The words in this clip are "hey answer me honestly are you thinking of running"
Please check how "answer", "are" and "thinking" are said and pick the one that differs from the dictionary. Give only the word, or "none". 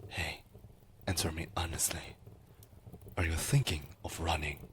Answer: none